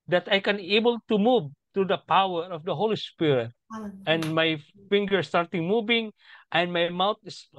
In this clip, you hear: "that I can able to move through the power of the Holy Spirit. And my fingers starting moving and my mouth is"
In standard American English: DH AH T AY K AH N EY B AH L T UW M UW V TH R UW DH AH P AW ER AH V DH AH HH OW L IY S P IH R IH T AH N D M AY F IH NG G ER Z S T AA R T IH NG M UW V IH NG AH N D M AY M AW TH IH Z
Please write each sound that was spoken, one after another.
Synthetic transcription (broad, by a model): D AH T AY K AH N EY B AH L T UW M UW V T R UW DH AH P AW ER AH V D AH HH OW L IY S P IH R IH T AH N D M AY F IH NG G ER S T AA R T IH NG M UW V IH NG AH N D M AY M AW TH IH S